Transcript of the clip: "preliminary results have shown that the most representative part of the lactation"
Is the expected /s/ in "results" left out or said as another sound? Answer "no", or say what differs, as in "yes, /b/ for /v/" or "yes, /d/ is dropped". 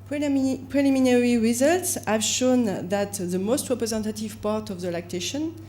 no